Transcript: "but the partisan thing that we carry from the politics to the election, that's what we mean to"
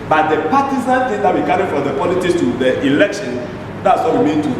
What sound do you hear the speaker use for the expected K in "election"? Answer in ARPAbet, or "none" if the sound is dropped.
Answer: K